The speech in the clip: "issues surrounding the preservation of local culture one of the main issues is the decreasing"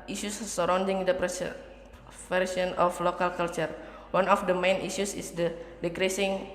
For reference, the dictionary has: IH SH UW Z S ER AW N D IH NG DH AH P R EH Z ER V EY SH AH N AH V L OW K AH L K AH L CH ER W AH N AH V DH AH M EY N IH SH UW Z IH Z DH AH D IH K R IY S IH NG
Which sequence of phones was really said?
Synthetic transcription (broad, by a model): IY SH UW S ER AW N D IH NG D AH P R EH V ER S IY AH N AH F L OW K AH L K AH L CH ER W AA N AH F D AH M EY N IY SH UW S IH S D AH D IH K R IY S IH NG